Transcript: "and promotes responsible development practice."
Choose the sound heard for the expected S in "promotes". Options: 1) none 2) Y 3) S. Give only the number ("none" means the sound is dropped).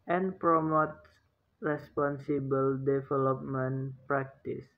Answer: 1